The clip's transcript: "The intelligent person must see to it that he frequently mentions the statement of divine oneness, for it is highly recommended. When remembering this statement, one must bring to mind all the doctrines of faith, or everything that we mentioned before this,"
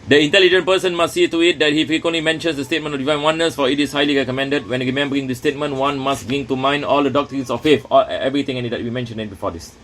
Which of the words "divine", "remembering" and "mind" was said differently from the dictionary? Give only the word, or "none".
none